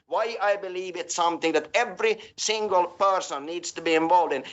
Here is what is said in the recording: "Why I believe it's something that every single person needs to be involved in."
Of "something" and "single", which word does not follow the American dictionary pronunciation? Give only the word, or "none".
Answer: none